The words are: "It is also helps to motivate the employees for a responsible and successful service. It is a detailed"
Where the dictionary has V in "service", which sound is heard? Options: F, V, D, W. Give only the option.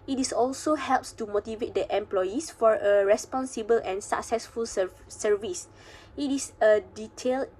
V